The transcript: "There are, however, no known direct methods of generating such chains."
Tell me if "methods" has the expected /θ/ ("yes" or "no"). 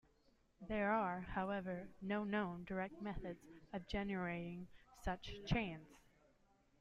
yes